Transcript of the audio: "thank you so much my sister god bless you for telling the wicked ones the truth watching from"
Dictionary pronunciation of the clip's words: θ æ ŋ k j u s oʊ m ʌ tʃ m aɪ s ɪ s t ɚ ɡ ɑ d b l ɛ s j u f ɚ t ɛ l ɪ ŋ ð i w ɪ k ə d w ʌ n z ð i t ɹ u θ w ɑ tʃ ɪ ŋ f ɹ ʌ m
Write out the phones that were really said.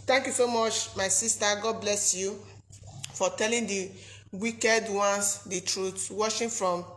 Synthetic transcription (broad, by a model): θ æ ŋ k j u s oʊ m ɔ tʃ m aɪ s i s t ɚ ɡ ɑ d b l ɛ s j u f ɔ t ɛ l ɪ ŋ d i w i k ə d w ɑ n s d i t ɹ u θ w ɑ ʃ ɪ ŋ f ɹ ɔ m